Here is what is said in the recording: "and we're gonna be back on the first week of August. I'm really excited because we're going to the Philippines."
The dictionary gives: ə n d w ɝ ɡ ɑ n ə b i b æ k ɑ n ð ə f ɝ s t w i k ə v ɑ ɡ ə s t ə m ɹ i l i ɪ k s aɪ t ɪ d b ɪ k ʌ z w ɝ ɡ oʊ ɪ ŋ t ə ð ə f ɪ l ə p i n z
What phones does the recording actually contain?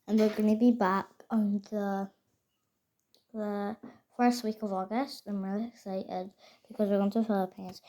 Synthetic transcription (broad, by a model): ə n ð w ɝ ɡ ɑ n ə b i b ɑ k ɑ n ð ə f ɝ s t w i k ə v ɑ ɡ ə s t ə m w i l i ɪ k s aɪ t ɪ d b ɪ k ʌ z w ɝ ɡ oʊ ɪ ŋ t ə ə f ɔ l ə p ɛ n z